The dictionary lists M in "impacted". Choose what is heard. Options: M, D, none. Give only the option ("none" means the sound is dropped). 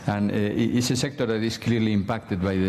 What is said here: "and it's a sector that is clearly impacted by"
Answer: M